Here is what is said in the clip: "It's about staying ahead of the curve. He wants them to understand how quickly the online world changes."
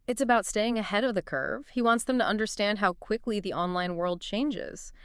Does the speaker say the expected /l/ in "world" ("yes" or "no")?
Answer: yes